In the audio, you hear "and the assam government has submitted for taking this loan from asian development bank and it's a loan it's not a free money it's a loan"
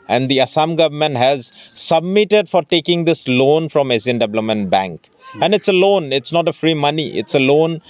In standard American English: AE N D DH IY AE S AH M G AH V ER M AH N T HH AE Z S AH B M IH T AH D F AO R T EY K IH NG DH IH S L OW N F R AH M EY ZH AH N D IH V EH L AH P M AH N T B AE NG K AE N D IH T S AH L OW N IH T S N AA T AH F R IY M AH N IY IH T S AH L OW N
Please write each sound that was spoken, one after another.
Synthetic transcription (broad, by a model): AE N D IY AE S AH M G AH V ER M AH N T HH AE Z S AH B M IH T AH D F AO R T EY K IH NG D IH S L OW N F R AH M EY Z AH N D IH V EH L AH M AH N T B AE NG K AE N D IH T S AH L OW N IH T S N AA T AH F R IY M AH N IY IH T S AH L OW N